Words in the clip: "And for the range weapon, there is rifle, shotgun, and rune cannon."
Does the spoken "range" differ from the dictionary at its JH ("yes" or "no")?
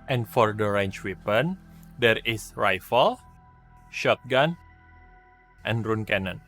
yes